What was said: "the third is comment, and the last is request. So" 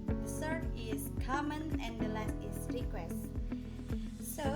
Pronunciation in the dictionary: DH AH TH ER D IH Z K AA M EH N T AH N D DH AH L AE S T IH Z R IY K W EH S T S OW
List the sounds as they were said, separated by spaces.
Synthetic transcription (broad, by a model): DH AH S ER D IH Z K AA M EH N AH N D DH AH L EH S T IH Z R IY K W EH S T S OW